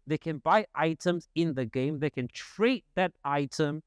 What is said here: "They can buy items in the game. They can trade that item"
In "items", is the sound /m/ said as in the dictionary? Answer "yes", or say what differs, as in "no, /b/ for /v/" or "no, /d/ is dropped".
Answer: yes